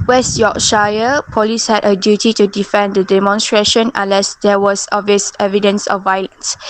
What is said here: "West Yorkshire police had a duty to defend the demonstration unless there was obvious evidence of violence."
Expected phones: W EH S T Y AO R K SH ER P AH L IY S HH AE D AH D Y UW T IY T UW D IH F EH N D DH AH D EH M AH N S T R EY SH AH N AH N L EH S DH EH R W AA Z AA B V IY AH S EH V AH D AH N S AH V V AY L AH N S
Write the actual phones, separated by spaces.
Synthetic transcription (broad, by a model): W EH S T Y AO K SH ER P AH L IY S HH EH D AH D Y UW T IY T UW D IH F EH N D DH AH D EH M AH N S T R EY SH AH N AH N L EH S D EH W AA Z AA V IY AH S EH V AH D AH N S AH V V AY L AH N S